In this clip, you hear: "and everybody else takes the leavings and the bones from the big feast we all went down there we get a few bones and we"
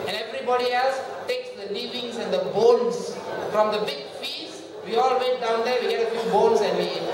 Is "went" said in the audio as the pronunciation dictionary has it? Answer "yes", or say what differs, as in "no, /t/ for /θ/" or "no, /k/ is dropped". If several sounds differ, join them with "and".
no, /n/ is dropped